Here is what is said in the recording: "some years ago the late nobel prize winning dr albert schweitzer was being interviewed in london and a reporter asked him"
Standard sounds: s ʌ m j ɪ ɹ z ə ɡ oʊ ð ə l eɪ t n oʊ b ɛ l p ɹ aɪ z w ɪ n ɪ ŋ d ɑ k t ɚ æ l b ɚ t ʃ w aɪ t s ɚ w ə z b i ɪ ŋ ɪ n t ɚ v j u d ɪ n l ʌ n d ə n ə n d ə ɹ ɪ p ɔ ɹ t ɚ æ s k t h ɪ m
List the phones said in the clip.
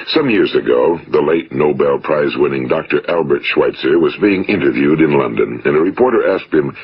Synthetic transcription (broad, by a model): s ʌ m j ɪ ɹ z ə ɡ oʊ ð ə l eɪ t n oʊ b ɛ l p ɹ aɪ z w ɪ n ɪ ŋ d ɑ k t ɚ æ l b ɚ t ʃ w aɪ t s ɚ w ə z b i ɪ ŋ ɪ n t ɚ v j u d ɪ n l ʌ n d ə n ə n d ə ɹ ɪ p ɔ ɹ t ɚ æ s k t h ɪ m